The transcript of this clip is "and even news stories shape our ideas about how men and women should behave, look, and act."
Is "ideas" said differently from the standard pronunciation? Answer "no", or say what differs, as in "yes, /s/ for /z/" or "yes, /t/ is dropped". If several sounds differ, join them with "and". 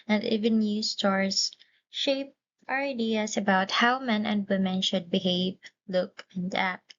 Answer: yes, /s/ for /z/